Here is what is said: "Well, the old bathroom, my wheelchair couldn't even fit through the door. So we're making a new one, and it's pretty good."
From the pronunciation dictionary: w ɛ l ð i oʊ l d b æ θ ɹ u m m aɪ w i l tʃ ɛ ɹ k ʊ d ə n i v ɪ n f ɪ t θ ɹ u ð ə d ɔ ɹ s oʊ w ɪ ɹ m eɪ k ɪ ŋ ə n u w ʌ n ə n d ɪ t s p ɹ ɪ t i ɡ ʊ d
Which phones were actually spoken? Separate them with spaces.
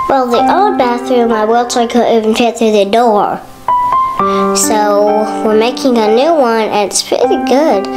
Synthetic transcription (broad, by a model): w ɛ l ð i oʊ d b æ θ ɹ u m m aɪ w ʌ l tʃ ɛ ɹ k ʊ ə i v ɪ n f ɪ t θ ɹ u ð ə d ɔ ɹ s oʊ w ɪ ɹ m eɪ k ɪ ŋ ə n u w ʌ n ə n ɪ t s p ɹ ɪ t i ɡ ʊ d